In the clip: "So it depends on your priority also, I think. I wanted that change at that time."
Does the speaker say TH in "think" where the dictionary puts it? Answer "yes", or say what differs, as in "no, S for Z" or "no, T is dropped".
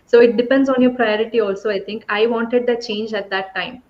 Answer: no, T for TH